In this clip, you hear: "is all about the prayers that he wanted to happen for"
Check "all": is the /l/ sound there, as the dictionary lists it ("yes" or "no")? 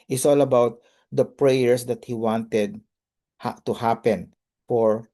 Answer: yes